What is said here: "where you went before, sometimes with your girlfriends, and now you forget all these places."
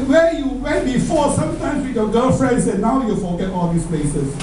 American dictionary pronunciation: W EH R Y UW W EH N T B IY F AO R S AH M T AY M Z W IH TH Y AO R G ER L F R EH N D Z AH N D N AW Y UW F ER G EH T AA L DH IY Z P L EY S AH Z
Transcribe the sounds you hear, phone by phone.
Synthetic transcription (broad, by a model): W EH Y UW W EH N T B IY F AO S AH M T AY M S W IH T Y AO G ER L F R EH N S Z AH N N AW Y UW F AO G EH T AA L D IY S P L EY S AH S